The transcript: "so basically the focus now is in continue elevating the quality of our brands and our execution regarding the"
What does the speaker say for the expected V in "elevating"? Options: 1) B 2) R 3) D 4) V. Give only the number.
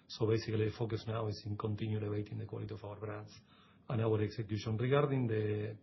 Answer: 1